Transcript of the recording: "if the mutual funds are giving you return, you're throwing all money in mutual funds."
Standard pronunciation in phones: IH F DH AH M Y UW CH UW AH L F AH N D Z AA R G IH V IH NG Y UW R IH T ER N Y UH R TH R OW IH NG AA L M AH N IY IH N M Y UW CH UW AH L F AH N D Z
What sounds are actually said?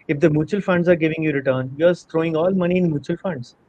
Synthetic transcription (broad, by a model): IH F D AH M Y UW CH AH L F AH N D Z AA R G IH V IH NG Y UW R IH T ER N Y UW R T R OW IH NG AA L M AH N IY IH N M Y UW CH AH L F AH N D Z